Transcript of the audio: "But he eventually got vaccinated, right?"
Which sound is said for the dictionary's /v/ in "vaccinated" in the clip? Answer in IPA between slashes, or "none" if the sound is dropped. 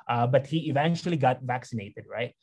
/v/